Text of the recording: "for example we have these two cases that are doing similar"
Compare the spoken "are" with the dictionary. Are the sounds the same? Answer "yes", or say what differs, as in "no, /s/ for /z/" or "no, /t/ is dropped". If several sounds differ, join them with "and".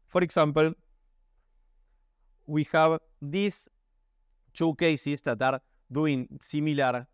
yes